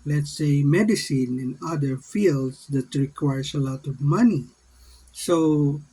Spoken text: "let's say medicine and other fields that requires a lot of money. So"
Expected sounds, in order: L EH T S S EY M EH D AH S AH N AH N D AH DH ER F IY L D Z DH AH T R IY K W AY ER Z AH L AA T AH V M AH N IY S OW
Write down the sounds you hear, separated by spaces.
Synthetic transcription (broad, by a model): L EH T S S EY M EH D AH S AH N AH N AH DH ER F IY L D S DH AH T R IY K W AY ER S AH L AA T AH V M AH N IY S OW